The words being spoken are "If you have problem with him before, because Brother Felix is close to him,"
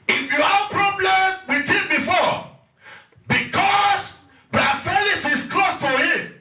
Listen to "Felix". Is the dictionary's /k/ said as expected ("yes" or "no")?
no